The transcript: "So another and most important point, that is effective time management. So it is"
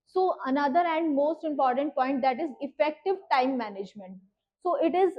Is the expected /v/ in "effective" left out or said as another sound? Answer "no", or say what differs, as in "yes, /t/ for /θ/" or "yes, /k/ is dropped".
no